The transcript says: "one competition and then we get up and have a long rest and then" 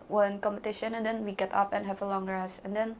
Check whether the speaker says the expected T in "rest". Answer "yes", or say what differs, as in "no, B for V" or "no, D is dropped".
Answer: no, T is dropped